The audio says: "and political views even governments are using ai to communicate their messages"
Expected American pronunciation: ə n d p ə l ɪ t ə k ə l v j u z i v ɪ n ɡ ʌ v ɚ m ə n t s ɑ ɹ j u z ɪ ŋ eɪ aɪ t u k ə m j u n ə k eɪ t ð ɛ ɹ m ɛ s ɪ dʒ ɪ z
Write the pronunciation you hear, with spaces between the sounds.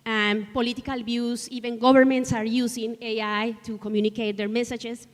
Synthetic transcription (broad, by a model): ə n p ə l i t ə k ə l b j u s i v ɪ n ɡ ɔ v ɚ m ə n t s ɑ ɹ j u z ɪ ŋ eɪ aɪ t u k ə m j u n ə k eɪ t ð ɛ ɹ m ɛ s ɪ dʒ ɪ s